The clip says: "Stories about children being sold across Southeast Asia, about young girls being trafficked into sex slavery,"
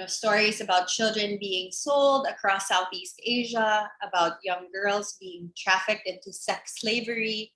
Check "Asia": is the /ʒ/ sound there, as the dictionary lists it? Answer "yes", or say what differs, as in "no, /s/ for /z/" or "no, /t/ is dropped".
yes